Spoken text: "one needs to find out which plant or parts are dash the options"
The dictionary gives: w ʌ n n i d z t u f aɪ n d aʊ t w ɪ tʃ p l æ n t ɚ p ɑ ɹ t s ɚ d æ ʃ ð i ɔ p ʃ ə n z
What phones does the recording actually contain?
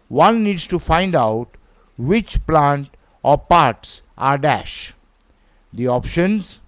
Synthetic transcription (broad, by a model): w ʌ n n i d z t u f aɪ n d aʊ t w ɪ tʃ p l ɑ n t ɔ p ɑ ɹ t s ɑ d æ ʃ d i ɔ p ʃ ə n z